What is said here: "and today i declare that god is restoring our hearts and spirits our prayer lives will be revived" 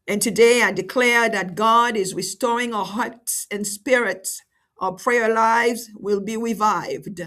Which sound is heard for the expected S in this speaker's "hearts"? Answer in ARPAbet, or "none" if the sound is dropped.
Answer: S